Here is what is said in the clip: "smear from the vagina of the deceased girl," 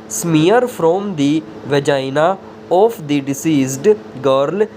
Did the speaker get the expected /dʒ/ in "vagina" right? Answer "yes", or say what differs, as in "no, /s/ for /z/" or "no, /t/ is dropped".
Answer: yes